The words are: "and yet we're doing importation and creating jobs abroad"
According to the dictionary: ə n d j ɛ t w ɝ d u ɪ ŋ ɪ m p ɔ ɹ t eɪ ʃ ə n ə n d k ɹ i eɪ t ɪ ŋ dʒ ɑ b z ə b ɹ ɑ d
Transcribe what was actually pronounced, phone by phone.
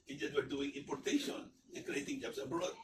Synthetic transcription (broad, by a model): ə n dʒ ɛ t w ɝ d u ɪ ŋ ɪ m p ɔ ɹ t eɪ ʃ ə n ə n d k ɹ i eɪ t ɪ ŋ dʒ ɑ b s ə b ɹ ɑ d